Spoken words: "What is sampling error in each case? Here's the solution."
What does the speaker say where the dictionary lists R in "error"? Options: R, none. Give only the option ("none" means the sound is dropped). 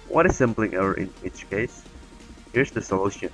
none